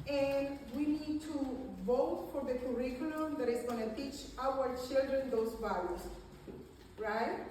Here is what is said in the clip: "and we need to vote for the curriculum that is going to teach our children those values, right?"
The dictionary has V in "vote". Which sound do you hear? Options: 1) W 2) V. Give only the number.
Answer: 2